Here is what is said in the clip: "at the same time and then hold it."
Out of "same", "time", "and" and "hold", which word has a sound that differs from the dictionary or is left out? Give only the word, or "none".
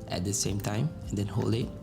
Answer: hold